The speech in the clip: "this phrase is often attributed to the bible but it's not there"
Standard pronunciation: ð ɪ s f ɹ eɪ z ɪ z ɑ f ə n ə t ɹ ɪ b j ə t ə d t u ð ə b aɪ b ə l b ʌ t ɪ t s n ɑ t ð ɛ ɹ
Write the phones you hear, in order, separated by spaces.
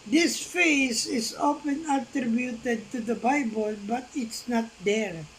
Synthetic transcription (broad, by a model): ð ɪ s f eɪ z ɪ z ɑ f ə n ə t ɹ ɪ b j ə t ə d t u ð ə b aɪ b ə l b ʌ t ɪ t s n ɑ t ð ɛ ɹ